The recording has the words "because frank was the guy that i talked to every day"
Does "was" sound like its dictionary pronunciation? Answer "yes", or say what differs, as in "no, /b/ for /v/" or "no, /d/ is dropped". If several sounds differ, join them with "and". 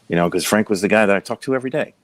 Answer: yes